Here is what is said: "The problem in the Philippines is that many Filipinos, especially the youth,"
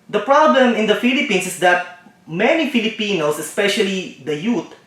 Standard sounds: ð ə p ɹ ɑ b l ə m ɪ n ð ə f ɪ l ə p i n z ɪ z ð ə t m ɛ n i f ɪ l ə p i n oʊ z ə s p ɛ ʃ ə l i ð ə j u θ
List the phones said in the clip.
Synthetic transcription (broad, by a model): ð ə p ɹ ɑ b l ə m ɪ n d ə f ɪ l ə p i n s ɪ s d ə t m ɛ n i f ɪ l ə p i n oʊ s ə s p ɛ ʃ ə l i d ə j u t